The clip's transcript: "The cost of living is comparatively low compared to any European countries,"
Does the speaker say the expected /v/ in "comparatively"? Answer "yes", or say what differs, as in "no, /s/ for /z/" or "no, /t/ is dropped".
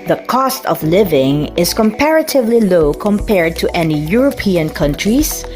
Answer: yes